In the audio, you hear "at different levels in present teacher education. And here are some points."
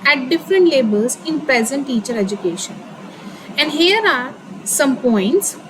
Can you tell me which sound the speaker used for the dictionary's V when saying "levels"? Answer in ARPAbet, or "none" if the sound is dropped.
B